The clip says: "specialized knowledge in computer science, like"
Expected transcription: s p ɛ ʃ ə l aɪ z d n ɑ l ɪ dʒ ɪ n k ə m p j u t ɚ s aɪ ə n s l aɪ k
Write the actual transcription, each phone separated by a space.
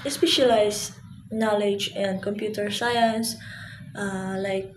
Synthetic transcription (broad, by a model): s p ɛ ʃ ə l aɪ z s n ɑ l ɪ dʒ ɪ n k ə m p j u t ɚ s aɪ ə n s l aɪ k